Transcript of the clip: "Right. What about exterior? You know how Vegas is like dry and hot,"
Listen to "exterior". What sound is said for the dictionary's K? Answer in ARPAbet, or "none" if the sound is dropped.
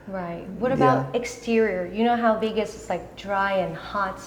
K